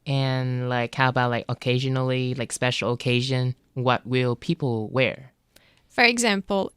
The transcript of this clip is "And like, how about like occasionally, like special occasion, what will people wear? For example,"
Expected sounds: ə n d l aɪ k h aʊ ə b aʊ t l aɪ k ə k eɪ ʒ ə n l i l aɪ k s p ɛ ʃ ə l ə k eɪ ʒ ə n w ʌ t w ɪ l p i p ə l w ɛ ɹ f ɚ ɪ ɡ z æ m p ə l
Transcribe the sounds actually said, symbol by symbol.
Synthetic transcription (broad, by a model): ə n l aɪ k h aʊ ə b aʊ t l aɪ k ə k eɪ ʒ ə n l i l aɪ k s p ɛ ʃ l ə k eɪ ʒ ə n w ʌ t w ɪ l p i p l w ɛ ɹ f ɚ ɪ ɡ z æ m p l